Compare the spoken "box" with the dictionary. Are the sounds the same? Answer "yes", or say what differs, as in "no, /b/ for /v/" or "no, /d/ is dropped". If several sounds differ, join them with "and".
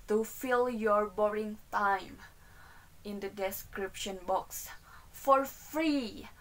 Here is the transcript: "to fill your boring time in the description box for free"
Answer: yes